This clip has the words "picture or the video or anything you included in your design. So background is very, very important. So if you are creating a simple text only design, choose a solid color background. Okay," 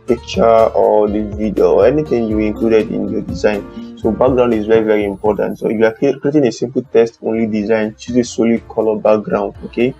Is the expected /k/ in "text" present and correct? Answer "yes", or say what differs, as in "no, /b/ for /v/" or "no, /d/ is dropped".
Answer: no, /k/ is dropped